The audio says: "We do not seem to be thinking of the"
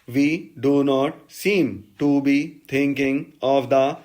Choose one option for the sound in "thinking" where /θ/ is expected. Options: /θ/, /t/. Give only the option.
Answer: /t/